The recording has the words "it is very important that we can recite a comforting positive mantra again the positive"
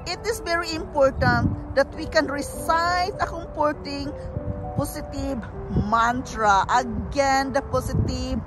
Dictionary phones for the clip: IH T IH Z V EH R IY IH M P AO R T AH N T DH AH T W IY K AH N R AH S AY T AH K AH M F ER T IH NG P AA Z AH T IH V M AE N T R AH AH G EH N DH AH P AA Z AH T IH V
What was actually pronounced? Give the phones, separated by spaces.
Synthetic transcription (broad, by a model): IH T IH S V EH R IY IH M P AO R T AH N T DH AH T W IY K AH N R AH S AY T AH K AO M P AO T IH NG P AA S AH T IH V M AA N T R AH AH G EH N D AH P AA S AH T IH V